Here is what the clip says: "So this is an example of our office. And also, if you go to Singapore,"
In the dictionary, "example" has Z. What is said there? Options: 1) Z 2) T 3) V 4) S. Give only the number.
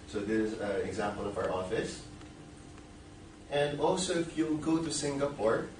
1